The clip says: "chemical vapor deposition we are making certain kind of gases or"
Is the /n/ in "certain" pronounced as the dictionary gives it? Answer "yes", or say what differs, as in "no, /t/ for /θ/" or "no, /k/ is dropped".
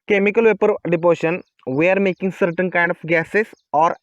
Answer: yes